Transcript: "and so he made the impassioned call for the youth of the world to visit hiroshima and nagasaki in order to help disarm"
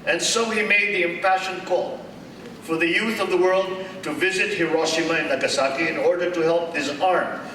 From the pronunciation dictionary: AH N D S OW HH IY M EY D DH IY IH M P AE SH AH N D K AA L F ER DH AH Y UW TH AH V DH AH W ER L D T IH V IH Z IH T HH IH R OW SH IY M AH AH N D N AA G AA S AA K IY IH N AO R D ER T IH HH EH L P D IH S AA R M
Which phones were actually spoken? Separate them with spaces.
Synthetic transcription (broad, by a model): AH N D S OW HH IY M EY D DH IY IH M P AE SH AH N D K AA L F ER DH AH Y UW TH AH V DH AH W ER L D T IH V IH Z IH T HH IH R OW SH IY M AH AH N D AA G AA S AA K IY IH N AO R D ER T IH HH EH L P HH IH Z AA R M